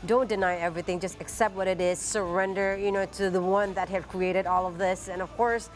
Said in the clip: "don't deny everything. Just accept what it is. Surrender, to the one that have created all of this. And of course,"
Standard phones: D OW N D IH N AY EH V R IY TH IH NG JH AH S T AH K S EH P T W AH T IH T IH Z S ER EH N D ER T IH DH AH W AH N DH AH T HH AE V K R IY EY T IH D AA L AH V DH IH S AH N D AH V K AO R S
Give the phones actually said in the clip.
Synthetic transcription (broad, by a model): D OW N D IH N AY EH V R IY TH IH NG JH AH S T AH K S EH P T W AH T IH T IH Z S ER EH N D ER T IH DH AH W AH N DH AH T HH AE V K R IY EY T IH D AA L AH V DH IH S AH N AH V K AO R S